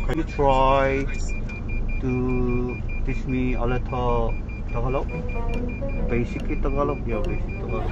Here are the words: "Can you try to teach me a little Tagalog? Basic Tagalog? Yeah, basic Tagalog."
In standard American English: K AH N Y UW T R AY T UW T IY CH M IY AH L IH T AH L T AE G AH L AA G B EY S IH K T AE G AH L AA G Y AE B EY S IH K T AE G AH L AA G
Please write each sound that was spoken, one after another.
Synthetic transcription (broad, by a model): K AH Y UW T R AY T UW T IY S M IY AH L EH T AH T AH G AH L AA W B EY S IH K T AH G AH L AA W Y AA B EY S IH K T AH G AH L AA